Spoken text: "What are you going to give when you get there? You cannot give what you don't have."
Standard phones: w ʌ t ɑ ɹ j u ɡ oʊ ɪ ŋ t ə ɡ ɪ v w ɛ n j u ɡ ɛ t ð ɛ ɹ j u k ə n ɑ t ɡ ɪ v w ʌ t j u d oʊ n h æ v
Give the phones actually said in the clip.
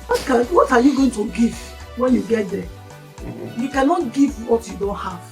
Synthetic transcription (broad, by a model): w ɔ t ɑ w j u ɡ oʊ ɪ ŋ t ə ɡ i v w ɛ n j u ɡ ɛ t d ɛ j u k ə n ɑ t ɡ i v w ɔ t j u d oʊ n h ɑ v